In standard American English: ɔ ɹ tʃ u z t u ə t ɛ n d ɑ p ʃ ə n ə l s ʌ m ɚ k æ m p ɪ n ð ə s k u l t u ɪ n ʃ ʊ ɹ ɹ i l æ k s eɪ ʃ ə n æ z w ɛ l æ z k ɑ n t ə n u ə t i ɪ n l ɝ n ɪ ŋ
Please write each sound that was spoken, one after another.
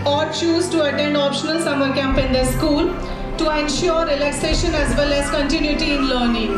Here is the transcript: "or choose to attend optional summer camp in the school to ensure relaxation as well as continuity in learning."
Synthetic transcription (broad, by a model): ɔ ɹ tʃ u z t u ə t ɛ n d ɑ p ʃ ə n ə l s ʌ m ɚ k æ m p ɪ n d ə s k u l t u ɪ n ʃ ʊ ɹ ɹ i l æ k s eɪ ʃ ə n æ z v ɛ l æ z k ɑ n t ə n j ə t i ɪ n l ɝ n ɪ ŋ